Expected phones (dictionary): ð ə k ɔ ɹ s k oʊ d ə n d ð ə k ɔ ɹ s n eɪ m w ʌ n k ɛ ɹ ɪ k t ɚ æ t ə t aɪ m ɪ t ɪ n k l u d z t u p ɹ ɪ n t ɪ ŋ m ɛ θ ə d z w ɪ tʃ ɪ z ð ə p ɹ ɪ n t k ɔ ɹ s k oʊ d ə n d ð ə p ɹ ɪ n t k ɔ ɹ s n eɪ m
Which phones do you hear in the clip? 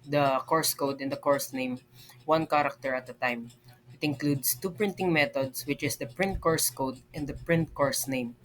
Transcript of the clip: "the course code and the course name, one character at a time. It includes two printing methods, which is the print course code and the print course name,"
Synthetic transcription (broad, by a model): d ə k ɔ ɹ s k oʊ d ə n d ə k ɔ ɹ s n eɪ m w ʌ n k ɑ ɹ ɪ k t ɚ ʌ t ə t aɪ m ɪ t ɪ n k l u d s t u p ɹ ɪ n t ɪ ŋ m ɛ t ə d s w ɪ tʃ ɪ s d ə p ɹ ɪ n t k ɔ ɹ s k oʊ d ə n d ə p ɹ ɪ n t k ɔ ɹ s n eɪ m